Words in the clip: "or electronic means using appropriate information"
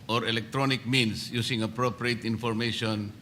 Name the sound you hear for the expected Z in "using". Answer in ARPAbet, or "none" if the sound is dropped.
S